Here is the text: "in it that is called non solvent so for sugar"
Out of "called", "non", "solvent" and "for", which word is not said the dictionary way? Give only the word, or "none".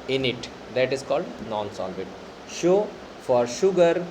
solvent